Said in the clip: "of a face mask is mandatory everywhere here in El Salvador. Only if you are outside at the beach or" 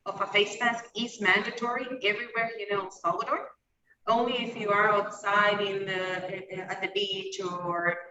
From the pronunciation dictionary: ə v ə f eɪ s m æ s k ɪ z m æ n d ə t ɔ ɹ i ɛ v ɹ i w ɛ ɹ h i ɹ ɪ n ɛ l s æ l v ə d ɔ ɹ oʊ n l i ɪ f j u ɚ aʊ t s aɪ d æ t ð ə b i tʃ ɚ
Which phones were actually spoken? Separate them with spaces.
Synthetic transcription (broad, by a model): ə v ə f eɪ s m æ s k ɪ s m æ n d ə t ɔ ɹ i ɛ v ɹ i w ɛ ɹ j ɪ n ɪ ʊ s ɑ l ə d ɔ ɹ oʊ n l i ɪ f j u ɚ aʊ t s aɪ d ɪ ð ð ə b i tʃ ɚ